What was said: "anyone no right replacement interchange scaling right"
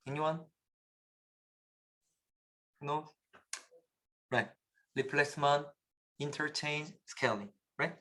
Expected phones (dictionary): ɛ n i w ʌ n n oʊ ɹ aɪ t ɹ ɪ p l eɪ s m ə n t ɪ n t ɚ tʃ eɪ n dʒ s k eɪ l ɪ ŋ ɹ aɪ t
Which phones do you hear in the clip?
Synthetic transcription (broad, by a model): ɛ n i w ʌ n n oʊ ɹ aɪ t l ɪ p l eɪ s m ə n ɪ n t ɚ tʃ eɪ n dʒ s k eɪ l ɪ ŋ ɹ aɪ t